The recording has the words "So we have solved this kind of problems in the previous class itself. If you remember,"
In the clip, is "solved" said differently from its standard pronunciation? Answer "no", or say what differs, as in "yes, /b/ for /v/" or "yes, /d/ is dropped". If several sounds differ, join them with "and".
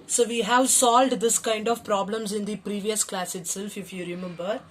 no